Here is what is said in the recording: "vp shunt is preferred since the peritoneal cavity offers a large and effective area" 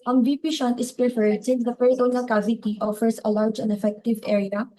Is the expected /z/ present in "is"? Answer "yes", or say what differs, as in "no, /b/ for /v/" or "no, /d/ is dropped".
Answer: no, /s/ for /z/